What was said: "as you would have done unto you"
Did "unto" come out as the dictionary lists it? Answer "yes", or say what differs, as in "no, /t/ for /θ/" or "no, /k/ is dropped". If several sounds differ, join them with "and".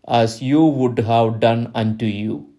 yes